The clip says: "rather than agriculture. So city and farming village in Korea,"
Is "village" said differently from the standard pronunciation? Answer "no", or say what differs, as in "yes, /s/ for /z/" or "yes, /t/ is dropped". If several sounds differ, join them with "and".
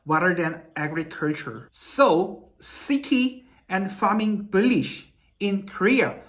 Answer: yes, /b/ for /v/ and /ʃ/ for /dʒ/